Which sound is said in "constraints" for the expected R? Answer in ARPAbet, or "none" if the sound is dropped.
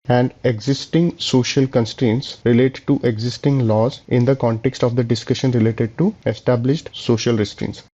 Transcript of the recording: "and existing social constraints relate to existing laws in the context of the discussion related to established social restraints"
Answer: R